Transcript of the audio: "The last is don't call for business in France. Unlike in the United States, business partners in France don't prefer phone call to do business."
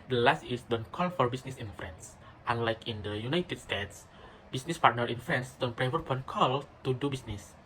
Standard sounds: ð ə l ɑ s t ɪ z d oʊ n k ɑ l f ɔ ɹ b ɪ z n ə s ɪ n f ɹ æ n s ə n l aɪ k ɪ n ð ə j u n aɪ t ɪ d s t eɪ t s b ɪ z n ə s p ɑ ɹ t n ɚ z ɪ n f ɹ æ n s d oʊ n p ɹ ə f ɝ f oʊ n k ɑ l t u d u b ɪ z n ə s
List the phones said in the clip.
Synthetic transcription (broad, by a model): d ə l ɑ s t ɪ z d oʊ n k ɑ l f ɔ ɹ b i s n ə s ɪ n f ɹ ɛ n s ə n l aɪ k ɪ n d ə j u n aɪ t ɪ d s t eɪ t s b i s n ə s p ɑ ɹ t n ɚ ɪ n f ɹ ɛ n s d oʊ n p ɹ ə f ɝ p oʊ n k ɑ l t u d u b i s n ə s